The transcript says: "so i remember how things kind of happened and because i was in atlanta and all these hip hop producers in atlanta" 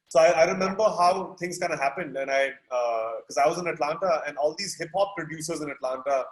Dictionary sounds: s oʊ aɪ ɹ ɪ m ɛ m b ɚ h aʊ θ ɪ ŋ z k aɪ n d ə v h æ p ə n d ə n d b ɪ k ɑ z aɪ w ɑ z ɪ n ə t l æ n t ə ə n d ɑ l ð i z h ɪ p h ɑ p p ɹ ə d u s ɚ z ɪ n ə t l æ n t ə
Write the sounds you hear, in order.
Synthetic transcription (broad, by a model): s oʊ aɪ ɹ ɪ m ɛ m b ɚ h aʊ t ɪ ŋ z k aɪ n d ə h æ p ə n d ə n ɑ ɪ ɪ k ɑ z aɪ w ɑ z ɪ n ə t l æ n t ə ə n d ɑ l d i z h ɪ p h ɑ p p ɹ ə d u s ɚ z ɪ n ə t l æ n t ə